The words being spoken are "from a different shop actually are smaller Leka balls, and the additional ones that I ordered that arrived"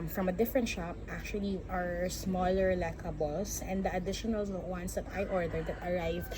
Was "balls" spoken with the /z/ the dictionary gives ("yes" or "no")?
no